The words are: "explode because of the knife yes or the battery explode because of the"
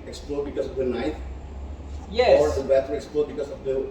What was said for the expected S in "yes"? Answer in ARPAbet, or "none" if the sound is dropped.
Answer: none